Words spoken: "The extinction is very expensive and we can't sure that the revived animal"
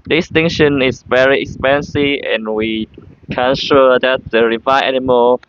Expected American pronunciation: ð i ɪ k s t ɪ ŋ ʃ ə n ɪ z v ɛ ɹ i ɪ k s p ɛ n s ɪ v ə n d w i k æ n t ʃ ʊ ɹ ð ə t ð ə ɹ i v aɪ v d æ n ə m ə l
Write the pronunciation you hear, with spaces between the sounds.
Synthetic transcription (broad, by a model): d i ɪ s t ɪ ŋ ʃ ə n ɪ s v ɛ ɹ i ɪ k s p ɛ n s ɪ v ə n w i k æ n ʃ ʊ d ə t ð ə ɹ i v aɪ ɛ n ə m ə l